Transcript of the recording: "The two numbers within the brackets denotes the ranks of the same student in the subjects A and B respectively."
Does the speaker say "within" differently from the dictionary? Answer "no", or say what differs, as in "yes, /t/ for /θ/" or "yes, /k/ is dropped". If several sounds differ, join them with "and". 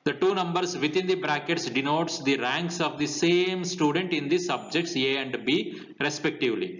yes, /t/ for /θ/